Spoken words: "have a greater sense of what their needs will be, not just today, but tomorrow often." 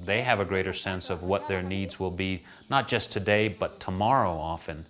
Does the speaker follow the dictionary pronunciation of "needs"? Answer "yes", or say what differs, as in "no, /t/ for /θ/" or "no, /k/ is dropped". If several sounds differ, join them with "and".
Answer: yes